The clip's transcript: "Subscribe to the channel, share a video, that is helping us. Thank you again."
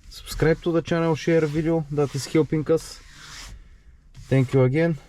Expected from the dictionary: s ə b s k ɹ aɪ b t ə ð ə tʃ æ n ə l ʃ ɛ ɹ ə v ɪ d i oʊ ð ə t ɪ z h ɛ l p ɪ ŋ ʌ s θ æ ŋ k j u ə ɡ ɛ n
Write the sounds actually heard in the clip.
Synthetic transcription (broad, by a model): s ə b s k ɹ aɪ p t ə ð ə tʃ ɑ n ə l ʃ ɛ ɹ v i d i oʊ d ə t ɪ s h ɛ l p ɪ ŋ ʌ s t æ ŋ k j u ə ɡ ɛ n